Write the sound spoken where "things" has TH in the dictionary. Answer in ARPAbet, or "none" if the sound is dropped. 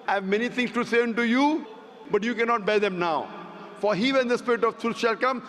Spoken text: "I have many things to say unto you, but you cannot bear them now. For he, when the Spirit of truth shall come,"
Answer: T